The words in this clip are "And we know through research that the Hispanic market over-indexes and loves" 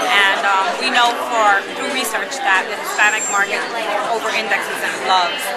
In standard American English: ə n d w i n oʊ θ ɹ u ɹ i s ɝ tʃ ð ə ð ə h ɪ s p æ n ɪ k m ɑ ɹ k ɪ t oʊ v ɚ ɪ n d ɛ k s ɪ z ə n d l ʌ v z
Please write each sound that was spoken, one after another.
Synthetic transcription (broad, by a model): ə n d w i n oʊ f ɹ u ɹ i s ɝ tʃ ð ə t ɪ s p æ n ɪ k m ɑ ɹ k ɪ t oʊ v ɚ ɪ n d ɛ k s ɪ z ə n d l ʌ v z